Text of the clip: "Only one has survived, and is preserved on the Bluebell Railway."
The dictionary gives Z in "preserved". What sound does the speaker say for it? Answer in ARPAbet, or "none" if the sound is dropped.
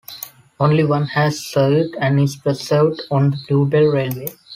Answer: S